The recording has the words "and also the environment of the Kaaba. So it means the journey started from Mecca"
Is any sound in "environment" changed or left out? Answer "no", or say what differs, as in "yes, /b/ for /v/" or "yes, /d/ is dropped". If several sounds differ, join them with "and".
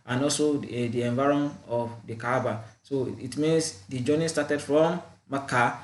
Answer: yes, /m/ is dropped